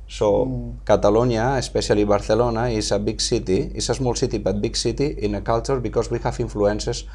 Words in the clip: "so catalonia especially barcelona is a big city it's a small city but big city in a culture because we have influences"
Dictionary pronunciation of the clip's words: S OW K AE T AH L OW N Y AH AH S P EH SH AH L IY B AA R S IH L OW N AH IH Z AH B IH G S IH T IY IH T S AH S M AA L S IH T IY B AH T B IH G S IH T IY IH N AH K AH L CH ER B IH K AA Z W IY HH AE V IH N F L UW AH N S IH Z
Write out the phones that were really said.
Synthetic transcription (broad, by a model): S OW K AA T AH L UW N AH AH S P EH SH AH L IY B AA R TH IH L OW N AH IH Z AH B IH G S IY T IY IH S AH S M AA L S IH T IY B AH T B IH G S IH T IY IH N AH K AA L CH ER B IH K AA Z W IY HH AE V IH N F L UW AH N S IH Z